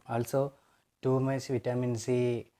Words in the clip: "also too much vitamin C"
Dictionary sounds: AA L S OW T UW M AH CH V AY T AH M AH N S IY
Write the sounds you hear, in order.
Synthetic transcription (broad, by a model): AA L S OW T UW M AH S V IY T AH M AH N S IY